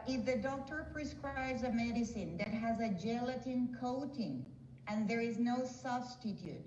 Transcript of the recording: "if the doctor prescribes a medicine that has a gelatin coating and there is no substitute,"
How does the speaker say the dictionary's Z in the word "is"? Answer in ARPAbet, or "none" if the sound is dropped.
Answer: Z